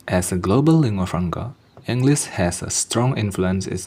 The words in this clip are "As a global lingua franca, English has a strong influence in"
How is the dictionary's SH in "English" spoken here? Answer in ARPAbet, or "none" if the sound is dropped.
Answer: S